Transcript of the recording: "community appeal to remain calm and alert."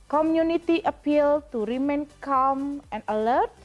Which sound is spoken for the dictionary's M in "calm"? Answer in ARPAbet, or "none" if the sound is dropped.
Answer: M